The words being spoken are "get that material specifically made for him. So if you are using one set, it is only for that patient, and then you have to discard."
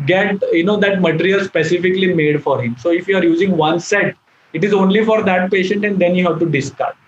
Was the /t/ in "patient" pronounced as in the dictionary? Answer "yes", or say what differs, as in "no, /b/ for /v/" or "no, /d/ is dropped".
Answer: yes